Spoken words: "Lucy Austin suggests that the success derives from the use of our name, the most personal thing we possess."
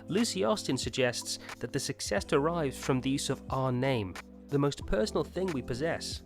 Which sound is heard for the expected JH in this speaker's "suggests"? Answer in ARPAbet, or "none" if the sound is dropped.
JH